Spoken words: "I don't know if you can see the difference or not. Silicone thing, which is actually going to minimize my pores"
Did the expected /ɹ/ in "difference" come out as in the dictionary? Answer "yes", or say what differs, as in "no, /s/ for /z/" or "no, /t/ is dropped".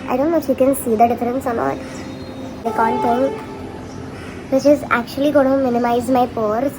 yes